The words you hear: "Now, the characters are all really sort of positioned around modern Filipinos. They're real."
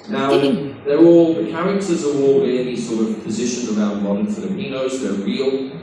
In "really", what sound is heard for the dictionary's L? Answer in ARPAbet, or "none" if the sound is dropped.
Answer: N